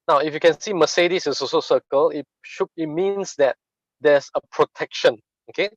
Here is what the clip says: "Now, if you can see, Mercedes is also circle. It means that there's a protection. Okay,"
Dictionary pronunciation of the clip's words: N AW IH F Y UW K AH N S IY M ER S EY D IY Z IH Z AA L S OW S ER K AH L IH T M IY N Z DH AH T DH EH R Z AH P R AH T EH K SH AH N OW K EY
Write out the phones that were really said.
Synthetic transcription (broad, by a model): N AW IH F Y UW K AH N S IY M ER S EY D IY S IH S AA S OW S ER K AH L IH T M IY N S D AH T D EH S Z AH P R AH T EH K SH AH N OW K EY